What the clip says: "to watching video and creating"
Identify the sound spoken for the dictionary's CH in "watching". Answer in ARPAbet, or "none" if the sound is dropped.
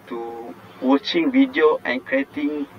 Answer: CH